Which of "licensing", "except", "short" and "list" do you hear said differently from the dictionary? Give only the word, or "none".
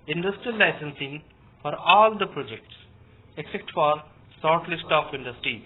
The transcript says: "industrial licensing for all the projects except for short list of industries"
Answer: short